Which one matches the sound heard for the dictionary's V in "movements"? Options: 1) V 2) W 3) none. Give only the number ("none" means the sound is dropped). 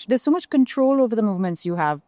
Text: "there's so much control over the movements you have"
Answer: 1